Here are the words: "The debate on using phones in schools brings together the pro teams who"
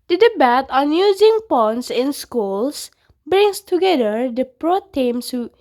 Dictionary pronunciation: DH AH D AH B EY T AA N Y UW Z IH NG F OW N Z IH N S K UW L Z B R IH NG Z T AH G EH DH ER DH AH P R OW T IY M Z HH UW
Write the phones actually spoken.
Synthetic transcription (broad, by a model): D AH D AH B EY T AA N Y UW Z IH NG P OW N S IH N S K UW L S B R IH NG S T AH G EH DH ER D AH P R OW T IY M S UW